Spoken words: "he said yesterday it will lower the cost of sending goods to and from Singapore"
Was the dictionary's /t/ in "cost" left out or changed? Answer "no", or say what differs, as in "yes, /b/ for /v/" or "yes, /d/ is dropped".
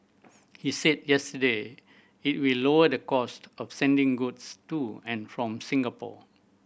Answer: no